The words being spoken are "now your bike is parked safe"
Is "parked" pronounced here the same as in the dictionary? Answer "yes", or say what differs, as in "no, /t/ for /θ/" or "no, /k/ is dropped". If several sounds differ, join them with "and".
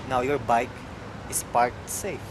no, /k/ is dropped